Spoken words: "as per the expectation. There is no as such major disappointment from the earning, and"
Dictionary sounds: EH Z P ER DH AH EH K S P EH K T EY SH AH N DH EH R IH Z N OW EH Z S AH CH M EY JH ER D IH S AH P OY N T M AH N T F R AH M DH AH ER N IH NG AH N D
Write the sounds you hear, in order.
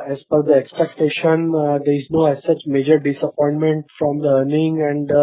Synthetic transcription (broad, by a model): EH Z F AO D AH EH K S P EH K T EY SH AH N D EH R IH Z N OW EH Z S AH CH M EY JH ER D IH S AH P OY N T M AH N T F R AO M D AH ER N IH NG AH N D